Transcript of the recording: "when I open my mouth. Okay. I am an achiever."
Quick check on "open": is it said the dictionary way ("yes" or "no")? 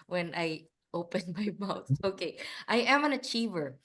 yes